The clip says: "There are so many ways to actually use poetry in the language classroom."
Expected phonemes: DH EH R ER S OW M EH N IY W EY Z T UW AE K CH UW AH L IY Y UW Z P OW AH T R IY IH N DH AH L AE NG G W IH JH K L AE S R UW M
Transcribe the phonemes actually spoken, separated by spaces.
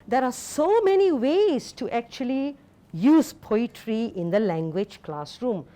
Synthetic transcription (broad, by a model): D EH R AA S OW M EH N IY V EY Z T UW AE K CH UW AH L IY Y UW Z P OW AH T R IY IH N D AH L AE NG G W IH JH K L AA S R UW M